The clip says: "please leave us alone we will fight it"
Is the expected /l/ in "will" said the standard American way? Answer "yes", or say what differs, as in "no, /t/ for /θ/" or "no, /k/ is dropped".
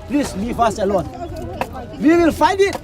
yes